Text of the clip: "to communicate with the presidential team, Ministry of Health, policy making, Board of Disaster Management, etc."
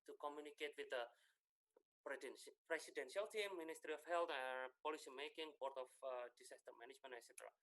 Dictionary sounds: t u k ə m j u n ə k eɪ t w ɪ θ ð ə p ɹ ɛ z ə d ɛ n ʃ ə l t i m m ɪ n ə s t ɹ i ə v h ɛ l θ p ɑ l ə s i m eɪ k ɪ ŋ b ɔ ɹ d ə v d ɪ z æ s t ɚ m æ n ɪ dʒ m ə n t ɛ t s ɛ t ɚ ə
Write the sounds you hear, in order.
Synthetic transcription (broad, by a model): t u k ə m j u n ə k eɪ t w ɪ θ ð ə p ɹ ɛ s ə d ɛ n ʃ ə l t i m m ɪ n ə s t ɹ i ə f h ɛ l t p ɑ l ə s i m eɪ k ɪ ŋ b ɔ ɹ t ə f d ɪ s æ s t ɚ m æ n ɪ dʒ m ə n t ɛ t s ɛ t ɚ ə